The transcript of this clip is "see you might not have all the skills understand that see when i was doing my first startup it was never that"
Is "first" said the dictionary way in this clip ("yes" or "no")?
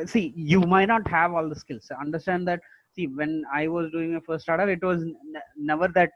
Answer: no